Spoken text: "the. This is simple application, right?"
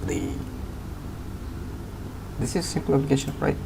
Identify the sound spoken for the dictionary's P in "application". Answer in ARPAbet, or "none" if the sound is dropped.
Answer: B